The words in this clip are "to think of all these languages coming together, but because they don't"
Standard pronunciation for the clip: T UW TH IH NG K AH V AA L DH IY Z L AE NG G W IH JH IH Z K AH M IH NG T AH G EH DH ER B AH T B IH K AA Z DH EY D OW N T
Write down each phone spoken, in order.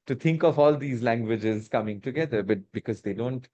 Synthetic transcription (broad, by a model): T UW T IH NG K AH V AA L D IY Z L AE NG G W IH JH IH Z K AH M IH NG T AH G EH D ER B AH T B IH K AA Z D EY D OW N T